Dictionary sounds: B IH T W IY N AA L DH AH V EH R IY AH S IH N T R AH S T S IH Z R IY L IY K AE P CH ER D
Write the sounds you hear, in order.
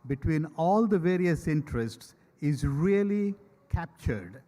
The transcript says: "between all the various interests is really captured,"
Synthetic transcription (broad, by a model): B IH T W IY N AA L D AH V EH R IY AH S IH N T R AH S T S IH Z R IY L IY K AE P CH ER D